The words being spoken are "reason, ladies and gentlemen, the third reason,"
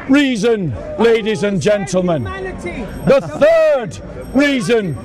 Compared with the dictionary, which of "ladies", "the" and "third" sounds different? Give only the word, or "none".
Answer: none